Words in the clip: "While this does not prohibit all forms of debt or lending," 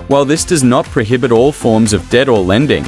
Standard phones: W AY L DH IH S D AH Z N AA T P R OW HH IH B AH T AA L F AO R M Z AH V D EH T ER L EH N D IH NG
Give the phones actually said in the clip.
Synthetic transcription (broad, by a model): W AY L DH IH S D AH Z N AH T P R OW HH IH B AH T AA L F AO R M Z AH V D EH T ER L EH N D IH NG